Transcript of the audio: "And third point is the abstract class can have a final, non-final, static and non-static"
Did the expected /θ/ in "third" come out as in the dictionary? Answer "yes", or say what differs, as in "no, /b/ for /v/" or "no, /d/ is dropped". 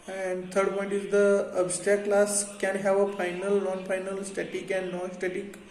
no, /t/ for /θ/